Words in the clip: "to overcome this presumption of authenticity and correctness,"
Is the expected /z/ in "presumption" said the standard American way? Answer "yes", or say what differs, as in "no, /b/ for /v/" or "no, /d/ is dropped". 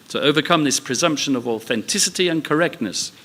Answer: yes